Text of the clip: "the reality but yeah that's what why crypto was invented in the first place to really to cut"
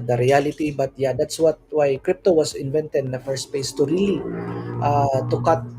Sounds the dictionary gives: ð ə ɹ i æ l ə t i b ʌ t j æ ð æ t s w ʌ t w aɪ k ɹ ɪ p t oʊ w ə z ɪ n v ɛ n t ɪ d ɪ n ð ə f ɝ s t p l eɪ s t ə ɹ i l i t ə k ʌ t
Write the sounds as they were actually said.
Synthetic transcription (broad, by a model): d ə ɹ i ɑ l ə t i b ʌ t j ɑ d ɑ t s w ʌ t w aɪ k ɹ ɪ p t oʊ w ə s ɪ n v ɛ n t ɪ d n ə f ɝ s t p eɪ s t ə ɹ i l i t ə k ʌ t